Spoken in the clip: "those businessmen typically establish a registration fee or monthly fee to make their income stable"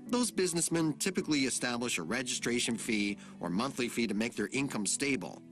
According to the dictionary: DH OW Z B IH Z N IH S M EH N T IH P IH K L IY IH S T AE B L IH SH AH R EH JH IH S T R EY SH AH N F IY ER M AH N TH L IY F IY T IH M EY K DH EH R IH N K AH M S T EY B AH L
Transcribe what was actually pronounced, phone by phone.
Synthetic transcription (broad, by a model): DH OW Z B IH Z N IH S M EH N T IH P IH K L IY IH S T AE B L IH SH AH R EH JH IH S T R EY SH AH N F IY ER M AH N TH L IY F IY T IH M EY K DH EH R IH N K AH M S T EY B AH L